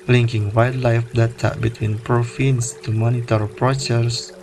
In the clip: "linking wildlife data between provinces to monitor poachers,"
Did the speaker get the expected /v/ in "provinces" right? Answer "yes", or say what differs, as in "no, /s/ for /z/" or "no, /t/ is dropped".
no, /f/ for /v/